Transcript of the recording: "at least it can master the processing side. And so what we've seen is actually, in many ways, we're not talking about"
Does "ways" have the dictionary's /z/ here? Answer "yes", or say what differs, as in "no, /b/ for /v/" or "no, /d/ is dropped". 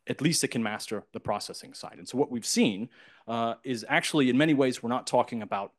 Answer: yes